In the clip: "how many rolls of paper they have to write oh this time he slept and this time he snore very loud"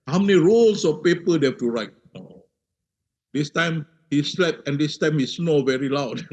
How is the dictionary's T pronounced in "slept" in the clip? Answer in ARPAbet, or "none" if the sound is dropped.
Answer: none